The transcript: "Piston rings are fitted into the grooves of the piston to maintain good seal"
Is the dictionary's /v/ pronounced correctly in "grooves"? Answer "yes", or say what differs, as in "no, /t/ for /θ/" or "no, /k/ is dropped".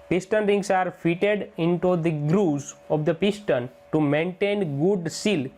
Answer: no, /v/ is dropped